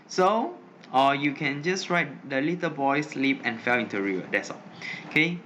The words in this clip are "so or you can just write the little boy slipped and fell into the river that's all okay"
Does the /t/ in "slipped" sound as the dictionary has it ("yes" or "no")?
no